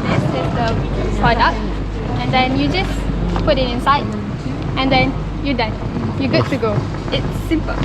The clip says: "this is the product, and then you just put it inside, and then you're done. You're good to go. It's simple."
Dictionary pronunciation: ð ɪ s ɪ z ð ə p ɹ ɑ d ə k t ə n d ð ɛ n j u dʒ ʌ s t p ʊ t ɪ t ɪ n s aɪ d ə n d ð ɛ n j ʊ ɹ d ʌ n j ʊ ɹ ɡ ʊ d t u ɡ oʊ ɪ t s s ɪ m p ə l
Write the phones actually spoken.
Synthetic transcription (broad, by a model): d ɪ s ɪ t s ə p ɑ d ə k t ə n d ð ɛ n j u dʒ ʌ s p ʊ t ɪ t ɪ n s aɪ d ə n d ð ɛ n j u d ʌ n j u ɡ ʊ t u ɡ oʊ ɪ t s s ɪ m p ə